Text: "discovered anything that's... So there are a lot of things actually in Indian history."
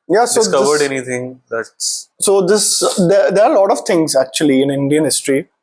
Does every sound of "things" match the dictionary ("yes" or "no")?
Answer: no